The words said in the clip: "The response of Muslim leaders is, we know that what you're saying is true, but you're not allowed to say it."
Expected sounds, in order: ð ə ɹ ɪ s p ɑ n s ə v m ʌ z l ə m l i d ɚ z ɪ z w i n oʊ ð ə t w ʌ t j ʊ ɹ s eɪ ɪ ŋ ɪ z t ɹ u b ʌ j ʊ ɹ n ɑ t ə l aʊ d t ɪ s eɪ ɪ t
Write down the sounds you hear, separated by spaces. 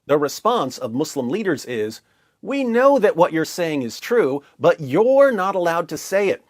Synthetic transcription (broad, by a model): ð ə ɹ ɪ s p ɑ n s ə v m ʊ s l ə m l i d ɚ z ɪ z w i n oʊ ð ə t w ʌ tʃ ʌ ɹ s eɪ ɪ ŋ ɪ z t ɹ u b ʌ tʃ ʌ ɹ n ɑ t ə l aʊ d t ɪ s eɪ ɪ t